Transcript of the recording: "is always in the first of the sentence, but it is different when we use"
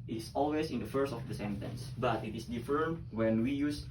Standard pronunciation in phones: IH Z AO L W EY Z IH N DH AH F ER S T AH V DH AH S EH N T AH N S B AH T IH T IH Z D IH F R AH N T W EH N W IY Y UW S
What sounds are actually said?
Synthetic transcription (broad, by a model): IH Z AO L W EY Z IH N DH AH F ER S T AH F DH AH S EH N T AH N S B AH T IH T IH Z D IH F AH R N W EH N W IY Y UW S